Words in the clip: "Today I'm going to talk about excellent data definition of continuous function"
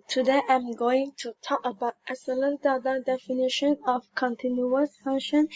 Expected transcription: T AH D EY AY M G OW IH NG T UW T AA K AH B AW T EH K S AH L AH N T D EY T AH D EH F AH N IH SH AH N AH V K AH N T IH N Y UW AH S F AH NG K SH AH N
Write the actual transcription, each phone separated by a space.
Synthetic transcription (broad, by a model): T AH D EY AY M G OW IH NG T UW T AA K AH B AW T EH S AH L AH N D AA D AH D EH F AH N IH SH AH N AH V K AH N T IH N Y UW AH S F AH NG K SH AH N